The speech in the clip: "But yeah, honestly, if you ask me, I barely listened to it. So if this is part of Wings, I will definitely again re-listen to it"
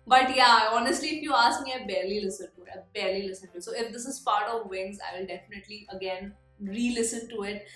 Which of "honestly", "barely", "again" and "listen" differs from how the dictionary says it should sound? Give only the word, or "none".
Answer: none